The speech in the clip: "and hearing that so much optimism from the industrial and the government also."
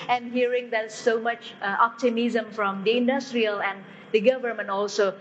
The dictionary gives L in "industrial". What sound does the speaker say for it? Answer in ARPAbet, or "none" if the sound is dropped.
L